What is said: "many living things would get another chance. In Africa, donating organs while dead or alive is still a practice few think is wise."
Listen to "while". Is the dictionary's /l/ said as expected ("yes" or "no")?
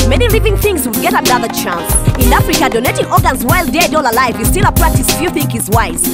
yes